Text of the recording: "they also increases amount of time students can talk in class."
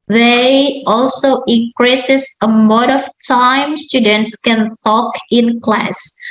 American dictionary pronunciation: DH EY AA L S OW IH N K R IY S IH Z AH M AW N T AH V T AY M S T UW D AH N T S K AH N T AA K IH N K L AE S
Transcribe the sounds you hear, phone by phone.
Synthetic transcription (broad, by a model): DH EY AA L S OW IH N K R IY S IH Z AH M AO T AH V T AY M S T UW D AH N T S K AH N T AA K IH N K L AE S